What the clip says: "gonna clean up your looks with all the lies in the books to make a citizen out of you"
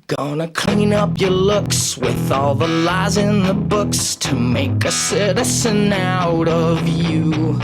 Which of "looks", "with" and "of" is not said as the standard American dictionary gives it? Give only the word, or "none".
none